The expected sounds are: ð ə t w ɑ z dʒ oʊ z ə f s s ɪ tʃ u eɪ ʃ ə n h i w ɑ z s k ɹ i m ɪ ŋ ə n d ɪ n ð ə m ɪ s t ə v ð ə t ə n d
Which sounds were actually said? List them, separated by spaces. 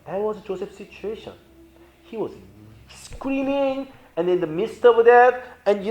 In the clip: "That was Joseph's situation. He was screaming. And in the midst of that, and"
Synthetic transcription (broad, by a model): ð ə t w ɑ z dʒ oʊ s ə f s s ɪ tʃ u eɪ ʃ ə n h i w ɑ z s k ɹ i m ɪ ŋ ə n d ɪ n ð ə m ɪ s t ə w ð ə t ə n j